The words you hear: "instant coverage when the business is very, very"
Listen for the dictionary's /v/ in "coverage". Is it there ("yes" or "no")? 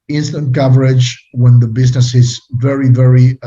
yes